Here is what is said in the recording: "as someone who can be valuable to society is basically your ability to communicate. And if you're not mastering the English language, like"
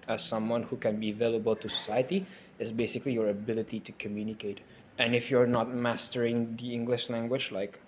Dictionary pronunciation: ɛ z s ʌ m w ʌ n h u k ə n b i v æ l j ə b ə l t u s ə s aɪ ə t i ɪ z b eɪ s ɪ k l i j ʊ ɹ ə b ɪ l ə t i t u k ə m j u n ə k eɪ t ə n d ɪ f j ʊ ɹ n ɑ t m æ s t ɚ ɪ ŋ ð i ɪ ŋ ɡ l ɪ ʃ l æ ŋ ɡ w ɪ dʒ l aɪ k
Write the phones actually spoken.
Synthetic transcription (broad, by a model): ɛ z s ʌ m w ʌ n h u k ə n b i v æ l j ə b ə l t u s ə s aɪ ə t i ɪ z b eɪ s ɪ k l i j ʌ ɹ ə b ɪ l ə t i t u k ə m j u n ə k eɪ t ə n ɪ f j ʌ ɹ n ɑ t m æ s t ɚ ɪ ŋ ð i ɪ ŋ ɡ l ɪ ʃ l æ ŋ ɡ w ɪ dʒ l aɪ k